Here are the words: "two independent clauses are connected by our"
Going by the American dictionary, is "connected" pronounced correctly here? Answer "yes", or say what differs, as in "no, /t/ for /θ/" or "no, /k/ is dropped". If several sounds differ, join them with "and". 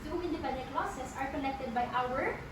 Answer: no, /l/ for /n/